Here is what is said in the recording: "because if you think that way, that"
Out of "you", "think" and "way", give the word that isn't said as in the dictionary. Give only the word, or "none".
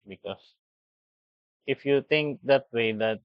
think